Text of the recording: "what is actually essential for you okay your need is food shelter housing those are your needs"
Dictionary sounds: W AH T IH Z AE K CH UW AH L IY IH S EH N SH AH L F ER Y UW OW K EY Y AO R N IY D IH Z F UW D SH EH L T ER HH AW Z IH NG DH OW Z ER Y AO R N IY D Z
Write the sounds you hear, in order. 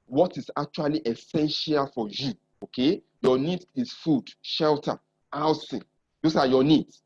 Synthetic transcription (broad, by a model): W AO T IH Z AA K CH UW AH L IY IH S EH N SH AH L F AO Y UW OW K EY Y AO N IY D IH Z F UW D SH EH L T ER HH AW S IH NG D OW S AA Y AO N IY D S